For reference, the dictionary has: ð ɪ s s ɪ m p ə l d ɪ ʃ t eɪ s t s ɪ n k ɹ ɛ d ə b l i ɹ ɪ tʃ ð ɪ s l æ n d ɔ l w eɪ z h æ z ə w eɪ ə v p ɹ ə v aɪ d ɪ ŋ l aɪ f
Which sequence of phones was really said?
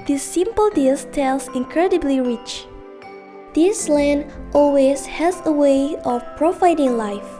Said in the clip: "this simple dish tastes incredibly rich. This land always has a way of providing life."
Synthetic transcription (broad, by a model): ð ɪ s s ɪ m p ə l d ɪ s t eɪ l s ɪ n k ɹ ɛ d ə b l i ɹ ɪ tʃ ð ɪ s l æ n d ɔ l w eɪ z h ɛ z ə w eɪ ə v p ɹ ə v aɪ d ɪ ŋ l aɪ f